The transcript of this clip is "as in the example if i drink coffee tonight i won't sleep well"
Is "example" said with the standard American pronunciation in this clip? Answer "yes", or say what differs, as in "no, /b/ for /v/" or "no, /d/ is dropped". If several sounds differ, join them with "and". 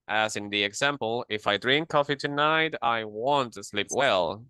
yes